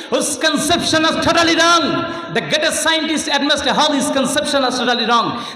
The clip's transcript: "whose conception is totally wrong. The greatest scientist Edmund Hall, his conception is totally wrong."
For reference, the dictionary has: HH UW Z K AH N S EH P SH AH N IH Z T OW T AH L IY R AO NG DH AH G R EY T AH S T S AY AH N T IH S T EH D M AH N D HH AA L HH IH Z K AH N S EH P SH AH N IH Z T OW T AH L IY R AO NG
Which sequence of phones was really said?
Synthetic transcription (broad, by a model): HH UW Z K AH N S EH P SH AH N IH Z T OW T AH L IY R AO NG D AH G EY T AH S S AY AH N T IH S T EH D M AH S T HH AA L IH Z K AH N S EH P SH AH N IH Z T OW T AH L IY R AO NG